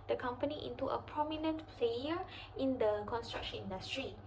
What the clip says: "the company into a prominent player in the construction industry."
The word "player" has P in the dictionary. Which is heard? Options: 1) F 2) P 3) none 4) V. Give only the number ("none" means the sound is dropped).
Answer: 1